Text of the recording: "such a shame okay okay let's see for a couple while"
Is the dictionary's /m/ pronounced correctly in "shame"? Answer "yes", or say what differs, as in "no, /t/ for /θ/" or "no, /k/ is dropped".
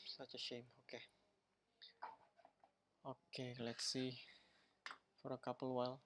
yes